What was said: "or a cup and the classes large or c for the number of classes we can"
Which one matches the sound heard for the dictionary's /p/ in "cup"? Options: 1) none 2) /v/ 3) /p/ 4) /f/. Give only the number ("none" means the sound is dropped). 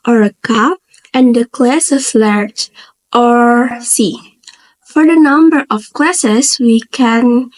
1